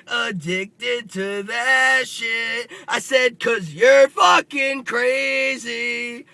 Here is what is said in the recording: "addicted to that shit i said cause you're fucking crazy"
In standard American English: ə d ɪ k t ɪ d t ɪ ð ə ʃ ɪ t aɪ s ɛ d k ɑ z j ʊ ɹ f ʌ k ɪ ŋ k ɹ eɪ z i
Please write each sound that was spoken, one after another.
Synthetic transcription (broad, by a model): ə d ɪ k t ɪ d t ɪ ð ə ʃ ɪ t aɪ s ɛ d k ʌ z j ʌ ɹ f ʌ k ɪ ŋ k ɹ eɪ z i